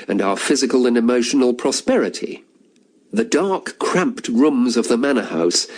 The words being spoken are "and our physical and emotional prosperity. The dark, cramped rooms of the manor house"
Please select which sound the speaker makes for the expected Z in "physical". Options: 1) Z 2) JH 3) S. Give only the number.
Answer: 1